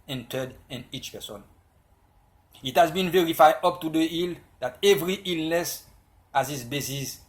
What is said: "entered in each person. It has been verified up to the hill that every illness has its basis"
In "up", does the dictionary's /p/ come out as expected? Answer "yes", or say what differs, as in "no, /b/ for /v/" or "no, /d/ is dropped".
yes